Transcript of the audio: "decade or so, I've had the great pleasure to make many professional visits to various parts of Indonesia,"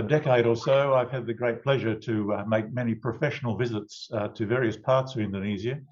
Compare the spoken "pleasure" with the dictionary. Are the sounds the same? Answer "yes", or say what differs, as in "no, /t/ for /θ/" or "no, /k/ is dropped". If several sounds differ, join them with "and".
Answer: yes